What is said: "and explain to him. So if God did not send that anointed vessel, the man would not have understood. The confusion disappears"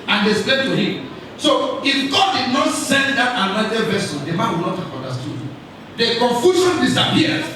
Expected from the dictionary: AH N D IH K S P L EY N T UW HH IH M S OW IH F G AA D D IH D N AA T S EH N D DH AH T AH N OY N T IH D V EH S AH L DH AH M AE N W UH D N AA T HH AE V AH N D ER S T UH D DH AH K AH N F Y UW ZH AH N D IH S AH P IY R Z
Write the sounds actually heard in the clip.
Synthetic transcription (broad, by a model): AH N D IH S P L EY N T UW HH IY M S OW IH F G AA D D IH D N AA T S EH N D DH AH T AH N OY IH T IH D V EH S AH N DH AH M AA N W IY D N AA T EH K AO N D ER S T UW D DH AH K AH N F Y UW SH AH N D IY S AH P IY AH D